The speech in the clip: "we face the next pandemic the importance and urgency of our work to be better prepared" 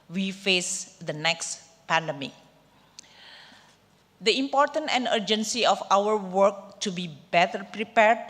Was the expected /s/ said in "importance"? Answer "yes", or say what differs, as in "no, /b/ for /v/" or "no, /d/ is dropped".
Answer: no, /s/ is dropped